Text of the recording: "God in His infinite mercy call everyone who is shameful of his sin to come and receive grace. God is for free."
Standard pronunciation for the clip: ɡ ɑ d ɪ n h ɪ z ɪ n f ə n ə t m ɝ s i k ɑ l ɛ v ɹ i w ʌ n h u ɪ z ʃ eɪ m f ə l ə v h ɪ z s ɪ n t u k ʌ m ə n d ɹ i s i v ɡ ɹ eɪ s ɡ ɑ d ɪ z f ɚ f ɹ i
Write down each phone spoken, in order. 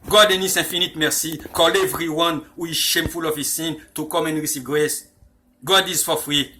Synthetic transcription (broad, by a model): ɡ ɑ d ɪ n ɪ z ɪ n f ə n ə t m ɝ s i k ɑ l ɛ v ɹ i w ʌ n h u ɪ z ʃ eɪ m f ə l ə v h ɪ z s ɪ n t u k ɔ m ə n ɹ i s i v ɡ ɹ eɪ s ɡ ɑ d ɪ z f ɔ f ɹ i